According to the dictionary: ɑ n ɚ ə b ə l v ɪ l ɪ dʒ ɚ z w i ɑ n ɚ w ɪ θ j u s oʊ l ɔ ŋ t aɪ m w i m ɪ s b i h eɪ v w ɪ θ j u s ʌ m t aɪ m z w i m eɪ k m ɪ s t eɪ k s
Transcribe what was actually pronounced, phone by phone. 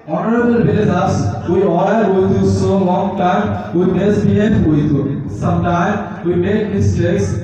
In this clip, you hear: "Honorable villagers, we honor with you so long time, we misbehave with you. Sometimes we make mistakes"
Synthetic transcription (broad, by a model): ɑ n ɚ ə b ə l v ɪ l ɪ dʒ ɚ s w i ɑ l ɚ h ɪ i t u s oʊ l ɔ ŋ t aɪ m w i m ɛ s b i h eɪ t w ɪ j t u s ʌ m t aɪ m w i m eɪ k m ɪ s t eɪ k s